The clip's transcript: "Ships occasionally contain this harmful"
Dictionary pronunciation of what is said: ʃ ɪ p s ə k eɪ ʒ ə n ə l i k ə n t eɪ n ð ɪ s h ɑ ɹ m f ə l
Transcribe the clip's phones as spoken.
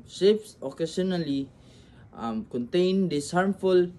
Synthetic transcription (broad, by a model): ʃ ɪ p s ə k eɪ s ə n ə l i k ə n t eɪ n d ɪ s h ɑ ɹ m f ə l